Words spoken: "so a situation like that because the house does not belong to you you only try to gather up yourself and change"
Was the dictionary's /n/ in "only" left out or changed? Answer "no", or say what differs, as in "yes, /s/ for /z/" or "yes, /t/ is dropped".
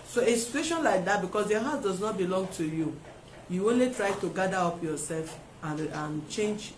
no